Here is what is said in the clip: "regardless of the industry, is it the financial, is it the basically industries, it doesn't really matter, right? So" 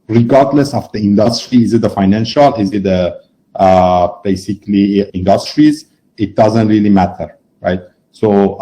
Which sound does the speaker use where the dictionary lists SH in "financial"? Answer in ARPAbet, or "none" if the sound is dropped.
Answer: SH